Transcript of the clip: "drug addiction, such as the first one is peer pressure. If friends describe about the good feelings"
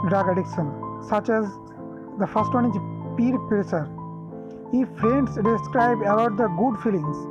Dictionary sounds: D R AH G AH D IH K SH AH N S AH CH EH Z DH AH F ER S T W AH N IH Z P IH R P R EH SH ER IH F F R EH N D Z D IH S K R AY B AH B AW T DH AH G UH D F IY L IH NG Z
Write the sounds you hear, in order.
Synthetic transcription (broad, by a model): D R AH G AH D IH K SH AH N S AH CH EH Z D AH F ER S T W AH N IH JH P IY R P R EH S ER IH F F R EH N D S D IH S K R AY B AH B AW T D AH G UH D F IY L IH NG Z